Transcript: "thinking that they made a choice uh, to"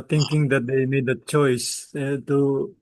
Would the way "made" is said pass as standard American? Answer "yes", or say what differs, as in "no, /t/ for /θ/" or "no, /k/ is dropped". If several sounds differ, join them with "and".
yes